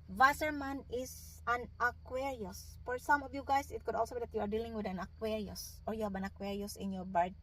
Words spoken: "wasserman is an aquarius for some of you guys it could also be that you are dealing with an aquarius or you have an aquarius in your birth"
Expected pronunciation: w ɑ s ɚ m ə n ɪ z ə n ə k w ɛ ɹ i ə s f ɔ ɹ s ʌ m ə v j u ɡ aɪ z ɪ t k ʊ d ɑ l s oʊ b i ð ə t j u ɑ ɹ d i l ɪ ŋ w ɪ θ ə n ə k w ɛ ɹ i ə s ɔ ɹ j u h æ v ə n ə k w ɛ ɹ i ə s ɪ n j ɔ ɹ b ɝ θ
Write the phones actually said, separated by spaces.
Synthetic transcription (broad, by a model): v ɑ s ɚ m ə n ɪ s ə n ə k w ɛ ɹ i ə s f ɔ ɹ s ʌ m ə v j u ɡ aɪ s ɪ t k ʊ d ɑ l s oʊ b i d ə t j u ɑ ɹ d i l ɪ ŋ w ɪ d ə n ə k w ɛ ɹ i ə s ɔ ɹ j u h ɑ b ə n ə k w ɛ ɹ i ə s ɪ n j ɔ ɹ b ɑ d